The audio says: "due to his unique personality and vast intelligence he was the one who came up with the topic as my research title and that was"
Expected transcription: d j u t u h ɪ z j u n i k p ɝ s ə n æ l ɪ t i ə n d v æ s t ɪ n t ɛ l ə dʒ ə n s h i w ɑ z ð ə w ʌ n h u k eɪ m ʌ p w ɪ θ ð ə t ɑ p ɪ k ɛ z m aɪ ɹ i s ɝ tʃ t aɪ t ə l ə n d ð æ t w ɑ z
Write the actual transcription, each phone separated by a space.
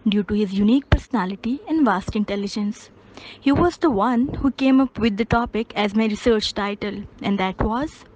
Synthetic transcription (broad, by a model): d j u t u h ɪ z j u n i k p ɝ s ə n æ l ɪ t i ə n d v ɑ s t ɪ n t ɛ l ə dʒ ə n s h i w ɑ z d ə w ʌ n h u k eɪ m ʌ p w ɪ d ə t ɑ p ɪ k ɛ z m aɪ ɹ i s ɝ tʃ t aɪ t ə l ə n d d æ t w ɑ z